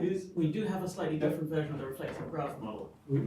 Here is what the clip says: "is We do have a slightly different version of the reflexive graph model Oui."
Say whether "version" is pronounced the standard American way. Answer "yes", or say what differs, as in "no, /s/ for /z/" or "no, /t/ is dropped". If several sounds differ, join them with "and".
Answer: yes